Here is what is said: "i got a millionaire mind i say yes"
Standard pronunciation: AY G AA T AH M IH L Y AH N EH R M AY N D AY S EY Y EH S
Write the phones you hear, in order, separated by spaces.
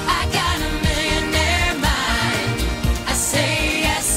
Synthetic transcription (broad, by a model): AY G AA T AH M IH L Y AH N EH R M AY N AY S EY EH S